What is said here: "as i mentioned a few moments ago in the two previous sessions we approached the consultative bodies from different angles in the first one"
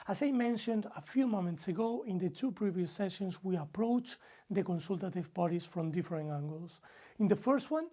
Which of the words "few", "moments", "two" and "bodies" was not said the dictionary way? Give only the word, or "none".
bodies